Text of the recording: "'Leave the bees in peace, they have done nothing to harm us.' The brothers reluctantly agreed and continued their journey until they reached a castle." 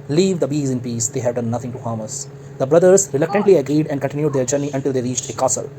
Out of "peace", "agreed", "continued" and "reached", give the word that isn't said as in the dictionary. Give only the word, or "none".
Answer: none